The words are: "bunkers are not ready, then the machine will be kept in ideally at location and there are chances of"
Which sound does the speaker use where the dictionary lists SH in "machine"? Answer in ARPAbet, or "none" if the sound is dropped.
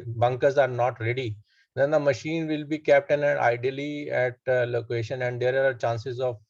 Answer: SH